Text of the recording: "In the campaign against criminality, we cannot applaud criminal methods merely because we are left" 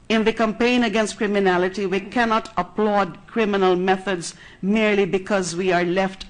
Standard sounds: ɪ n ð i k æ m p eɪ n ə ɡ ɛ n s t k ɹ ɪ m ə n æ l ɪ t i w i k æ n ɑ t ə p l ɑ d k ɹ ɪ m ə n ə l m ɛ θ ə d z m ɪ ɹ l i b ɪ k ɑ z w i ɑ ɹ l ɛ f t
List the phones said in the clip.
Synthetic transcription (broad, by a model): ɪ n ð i k æ m p eɪ n ə ɡ ɛ n s t k ɹ ɪ m ə n æ l ɪ t i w i k æ n ɑ t ə p l ɑ d k ɹ ɪ m ə n ə l m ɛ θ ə d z m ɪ ɹ l i b ɪ k ɑ z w i ɑ ɹ l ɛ f t